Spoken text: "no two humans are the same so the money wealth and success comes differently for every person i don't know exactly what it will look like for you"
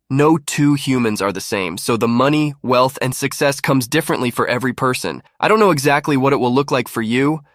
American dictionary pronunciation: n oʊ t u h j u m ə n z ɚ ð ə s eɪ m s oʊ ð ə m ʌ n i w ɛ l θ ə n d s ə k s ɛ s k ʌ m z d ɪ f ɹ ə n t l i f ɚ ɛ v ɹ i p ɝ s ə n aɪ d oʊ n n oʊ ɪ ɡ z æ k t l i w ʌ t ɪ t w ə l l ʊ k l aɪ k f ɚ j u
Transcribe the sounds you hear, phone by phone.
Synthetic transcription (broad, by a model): n oʊ t u h j u m ə n z ɚ ð ə s eɪ m s oʊ ð ə m ʌ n i w ɛ l θ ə n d s ə k s ɛ s k ʌ m z d ɪ f ɹ ə n t l i f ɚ ɛ v ɹ i p ɝ s ə n aɪ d oʊ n n oʊ ɪ ɡ z æ k t l i w ʌ t ɪ t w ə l l ʊ k l aɪ k f ɚ j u